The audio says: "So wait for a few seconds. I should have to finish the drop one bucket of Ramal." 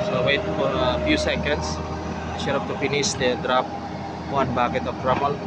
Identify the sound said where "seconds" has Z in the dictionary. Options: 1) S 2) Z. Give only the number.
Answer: 1